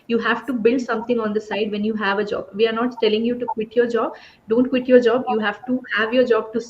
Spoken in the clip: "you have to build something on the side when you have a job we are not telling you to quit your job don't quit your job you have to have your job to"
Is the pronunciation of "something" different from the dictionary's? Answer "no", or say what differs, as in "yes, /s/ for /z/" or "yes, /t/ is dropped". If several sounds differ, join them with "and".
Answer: yes, /t/ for /θ/